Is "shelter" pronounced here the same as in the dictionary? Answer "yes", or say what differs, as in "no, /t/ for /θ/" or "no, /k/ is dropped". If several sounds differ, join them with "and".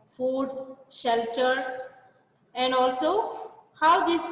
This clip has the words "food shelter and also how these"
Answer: yes